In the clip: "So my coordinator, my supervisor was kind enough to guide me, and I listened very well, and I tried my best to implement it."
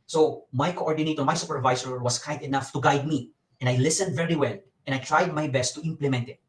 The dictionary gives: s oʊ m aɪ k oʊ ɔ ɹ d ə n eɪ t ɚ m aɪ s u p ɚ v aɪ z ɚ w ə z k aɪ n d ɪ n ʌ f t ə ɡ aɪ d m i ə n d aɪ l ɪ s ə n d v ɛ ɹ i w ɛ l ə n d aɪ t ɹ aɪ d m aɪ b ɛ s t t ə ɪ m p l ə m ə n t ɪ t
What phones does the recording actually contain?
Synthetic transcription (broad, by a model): s oʊ m aɪ k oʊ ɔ ɹ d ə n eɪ t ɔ m aɪ s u p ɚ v aɪ s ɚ w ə s k aɪ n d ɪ n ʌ f t ə ɡ aɪ d m i ə n d aɪ l ɪ s ə n d v ɛ ɹ i w ɛ l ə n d aɪ t ɹ aɪ d m aɪ b ɛ s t t ə ɪ m p l ə m ə n t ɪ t